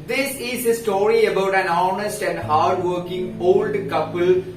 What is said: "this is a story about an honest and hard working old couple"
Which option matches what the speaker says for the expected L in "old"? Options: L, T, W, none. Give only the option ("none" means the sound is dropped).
L